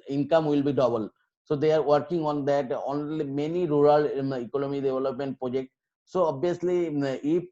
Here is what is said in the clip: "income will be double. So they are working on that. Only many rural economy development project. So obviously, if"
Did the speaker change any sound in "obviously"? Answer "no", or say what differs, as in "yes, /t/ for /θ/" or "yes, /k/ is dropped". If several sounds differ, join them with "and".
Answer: yes, /v/ is dropped